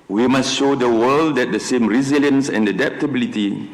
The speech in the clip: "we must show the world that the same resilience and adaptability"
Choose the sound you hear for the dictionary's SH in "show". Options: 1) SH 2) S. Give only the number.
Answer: 1